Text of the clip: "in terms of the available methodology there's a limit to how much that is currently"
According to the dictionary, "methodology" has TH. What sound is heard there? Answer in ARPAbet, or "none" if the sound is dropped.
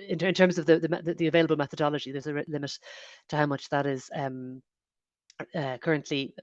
TH